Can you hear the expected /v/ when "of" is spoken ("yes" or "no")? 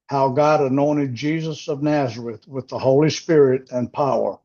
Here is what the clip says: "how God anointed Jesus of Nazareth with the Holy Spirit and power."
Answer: yes